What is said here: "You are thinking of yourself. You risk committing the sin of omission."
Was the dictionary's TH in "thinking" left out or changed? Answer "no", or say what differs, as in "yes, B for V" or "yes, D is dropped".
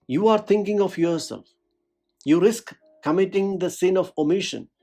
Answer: yes, T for TH